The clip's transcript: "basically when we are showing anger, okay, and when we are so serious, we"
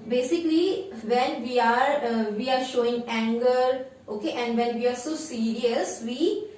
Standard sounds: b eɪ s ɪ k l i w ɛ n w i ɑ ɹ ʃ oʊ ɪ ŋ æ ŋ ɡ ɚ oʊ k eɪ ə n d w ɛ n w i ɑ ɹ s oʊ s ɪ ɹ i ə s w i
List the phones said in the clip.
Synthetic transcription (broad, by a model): b eɪ s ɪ k l i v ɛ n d i ɑ ɹ ʃ oʊ ɪ ŋ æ ŋ ɡ ɚ oʊ k eɪ ə n d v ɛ n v i ɑ ɹ s oʊ s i ɹ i ə s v i